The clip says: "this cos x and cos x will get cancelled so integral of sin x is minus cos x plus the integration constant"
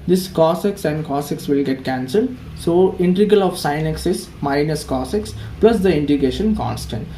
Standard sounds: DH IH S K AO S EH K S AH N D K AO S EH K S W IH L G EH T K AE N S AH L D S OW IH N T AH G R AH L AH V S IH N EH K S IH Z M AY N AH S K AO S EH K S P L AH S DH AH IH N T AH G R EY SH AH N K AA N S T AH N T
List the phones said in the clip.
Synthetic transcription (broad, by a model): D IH S K AO S EH K S AH N D K AO S EH K S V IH L G EH T K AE N S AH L D S OW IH N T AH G AH L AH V S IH N EH K S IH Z M AY N AH S K AO S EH K S P L AH S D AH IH N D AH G EY SH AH N K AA N S T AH N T